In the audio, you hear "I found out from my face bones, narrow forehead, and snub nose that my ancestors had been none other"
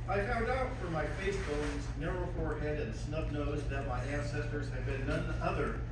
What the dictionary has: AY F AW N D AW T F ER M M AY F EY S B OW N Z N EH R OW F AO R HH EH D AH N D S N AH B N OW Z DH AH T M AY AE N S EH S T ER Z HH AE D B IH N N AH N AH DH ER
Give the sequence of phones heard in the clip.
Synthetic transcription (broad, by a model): AY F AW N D AW T F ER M M AY F EY S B OW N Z N EH R OW F AO R HH EH D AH N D S N AH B N OW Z DH AH T M AY AE N S EH S T ER Z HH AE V B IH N N AH N AH DH ER